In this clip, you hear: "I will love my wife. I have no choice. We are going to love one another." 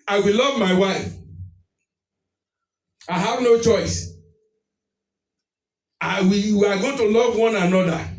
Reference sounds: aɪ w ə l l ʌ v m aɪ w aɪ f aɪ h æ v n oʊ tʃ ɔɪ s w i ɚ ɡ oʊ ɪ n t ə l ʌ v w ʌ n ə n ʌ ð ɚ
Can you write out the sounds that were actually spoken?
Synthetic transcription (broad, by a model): aɪ w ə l l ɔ v m aɪ w aɪ f aɪ h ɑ v n oʊ tʃ ɔɪ s w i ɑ ɡ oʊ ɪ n t ə l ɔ v w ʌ n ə n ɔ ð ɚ